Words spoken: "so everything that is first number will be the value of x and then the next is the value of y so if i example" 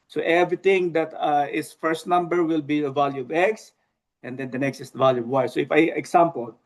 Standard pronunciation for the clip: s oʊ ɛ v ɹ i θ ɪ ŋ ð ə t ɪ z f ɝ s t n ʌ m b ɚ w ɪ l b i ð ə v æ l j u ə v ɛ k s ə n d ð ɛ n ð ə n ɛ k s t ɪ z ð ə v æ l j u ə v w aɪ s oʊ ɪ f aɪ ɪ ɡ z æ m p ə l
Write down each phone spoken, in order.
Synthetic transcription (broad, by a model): s oʊ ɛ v ɹ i t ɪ ŋ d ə t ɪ s f ɝ s t n ʌ m b ɚ w ɪ l b i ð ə v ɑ l j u ə v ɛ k s ə n d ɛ n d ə n ɛ k s t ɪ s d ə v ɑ l j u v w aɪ s oʊ ɪ f aɪ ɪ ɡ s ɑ m p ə l